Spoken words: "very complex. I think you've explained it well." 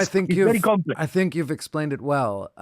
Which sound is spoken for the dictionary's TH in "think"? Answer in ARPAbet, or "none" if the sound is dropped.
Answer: TH